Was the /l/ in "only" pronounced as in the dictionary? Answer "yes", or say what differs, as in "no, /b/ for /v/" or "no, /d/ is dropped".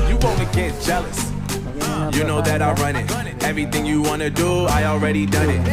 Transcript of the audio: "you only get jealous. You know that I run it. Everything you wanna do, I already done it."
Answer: no, /l/ is dropped